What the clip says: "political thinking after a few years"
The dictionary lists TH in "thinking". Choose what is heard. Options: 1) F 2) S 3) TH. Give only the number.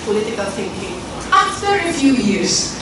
2